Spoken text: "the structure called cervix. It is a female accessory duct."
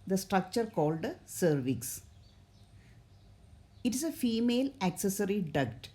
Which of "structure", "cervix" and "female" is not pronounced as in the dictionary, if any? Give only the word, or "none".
none